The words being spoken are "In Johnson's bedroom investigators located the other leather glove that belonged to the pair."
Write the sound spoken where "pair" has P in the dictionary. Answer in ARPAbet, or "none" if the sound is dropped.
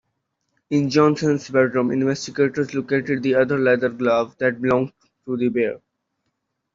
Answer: B